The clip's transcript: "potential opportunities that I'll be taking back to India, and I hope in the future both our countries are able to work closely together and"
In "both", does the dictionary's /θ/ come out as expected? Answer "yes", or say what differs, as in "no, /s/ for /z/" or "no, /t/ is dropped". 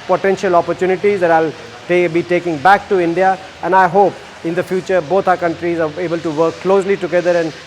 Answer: no, /t/ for /θ/